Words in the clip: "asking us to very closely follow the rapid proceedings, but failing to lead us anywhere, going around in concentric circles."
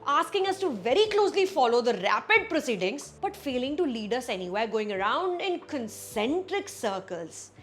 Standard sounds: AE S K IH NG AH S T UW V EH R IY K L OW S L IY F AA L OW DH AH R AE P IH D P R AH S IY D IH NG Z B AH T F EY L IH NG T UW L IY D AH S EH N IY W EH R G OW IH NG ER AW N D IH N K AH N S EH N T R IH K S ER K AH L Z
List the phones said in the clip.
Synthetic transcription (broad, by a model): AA S K IH NG AH S T UW V EH R IY K L OW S L IY F AA L OW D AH R AE P IH D P R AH S IY D IH NG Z B AH T F EY L IH NG T UW L IY D AH S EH N IY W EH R G OW IH NG ER AW N D IH N K AH N S EH N T R IH K S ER K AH L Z